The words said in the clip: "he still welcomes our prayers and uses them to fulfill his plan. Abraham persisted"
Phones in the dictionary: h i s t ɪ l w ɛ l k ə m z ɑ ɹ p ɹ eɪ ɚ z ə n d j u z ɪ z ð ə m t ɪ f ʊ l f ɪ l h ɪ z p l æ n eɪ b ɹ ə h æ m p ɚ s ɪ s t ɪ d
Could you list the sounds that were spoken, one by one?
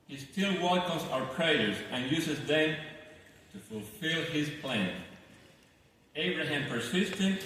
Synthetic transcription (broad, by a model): h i s t ɪ l w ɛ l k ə z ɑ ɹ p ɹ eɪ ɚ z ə n j u z ɪ z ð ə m t ɪ f ʊ l f ɪ l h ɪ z p l æ n eɪ b ɹ ə h æ m p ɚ s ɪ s t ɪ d